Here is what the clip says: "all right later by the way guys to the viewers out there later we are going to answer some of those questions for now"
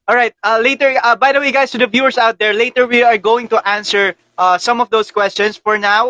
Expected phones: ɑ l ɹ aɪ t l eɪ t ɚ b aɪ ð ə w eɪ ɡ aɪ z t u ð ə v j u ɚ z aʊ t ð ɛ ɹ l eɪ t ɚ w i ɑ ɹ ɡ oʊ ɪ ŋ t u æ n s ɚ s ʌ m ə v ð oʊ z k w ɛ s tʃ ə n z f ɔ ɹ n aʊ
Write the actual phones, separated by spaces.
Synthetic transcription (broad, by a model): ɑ l ɹ aɪ t l eɪ t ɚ b aɪ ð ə w eɪ ɡ aɪ s t u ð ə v j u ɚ s aʊ t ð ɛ ɹ l eɪ t ɚ w i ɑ ɹ ɡ oʊ ɪ ŋ t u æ n s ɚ s ʌ m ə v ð oʊ s k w ɛ s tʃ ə n s f ɔ ɹ n aʊ